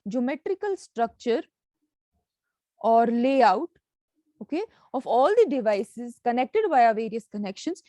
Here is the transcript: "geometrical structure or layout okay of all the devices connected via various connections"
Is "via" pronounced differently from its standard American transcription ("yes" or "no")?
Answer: yes